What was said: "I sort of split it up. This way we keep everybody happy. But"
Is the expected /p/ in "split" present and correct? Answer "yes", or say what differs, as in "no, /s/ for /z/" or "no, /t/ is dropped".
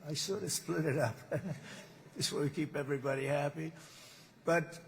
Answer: yes